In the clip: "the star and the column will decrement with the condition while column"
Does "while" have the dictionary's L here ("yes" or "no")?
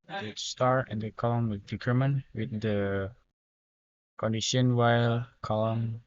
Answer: yes